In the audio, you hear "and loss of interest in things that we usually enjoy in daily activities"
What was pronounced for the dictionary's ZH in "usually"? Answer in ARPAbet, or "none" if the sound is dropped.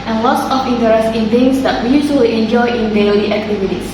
S